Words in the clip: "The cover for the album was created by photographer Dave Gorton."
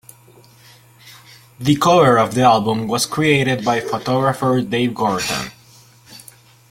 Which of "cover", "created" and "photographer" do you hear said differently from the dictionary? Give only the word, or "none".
cover